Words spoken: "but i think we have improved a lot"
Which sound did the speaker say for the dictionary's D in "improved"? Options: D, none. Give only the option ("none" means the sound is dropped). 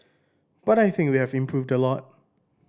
D